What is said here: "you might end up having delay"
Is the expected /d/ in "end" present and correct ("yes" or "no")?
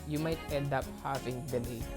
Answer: yes